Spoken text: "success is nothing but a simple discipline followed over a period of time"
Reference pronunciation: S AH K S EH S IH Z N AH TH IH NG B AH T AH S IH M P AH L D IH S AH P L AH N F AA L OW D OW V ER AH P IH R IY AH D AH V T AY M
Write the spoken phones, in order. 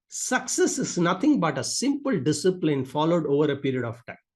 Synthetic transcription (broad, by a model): S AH K S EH S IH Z N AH T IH NG B AH T AH S IH M P AH L D IH S AH P L AH N F AA L OW D OW V ER AH P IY R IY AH D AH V T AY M